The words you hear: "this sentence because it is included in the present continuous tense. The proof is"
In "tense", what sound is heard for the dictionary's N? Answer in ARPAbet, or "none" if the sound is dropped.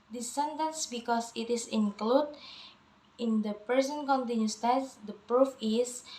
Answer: none